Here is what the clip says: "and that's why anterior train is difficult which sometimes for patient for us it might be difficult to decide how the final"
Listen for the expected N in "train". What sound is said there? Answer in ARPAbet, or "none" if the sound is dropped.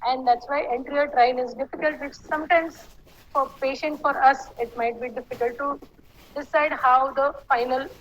L